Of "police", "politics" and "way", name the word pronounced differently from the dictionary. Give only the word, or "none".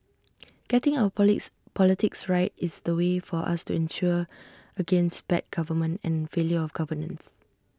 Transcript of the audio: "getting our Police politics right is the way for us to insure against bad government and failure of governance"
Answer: police